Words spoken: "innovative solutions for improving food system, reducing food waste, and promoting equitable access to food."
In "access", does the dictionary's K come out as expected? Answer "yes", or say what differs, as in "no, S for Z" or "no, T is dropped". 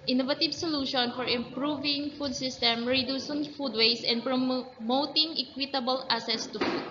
no, K is dropped